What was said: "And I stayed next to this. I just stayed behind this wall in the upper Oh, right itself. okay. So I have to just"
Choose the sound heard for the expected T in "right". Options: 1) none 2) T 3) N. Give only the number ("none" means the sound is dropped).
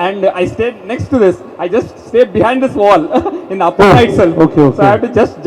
1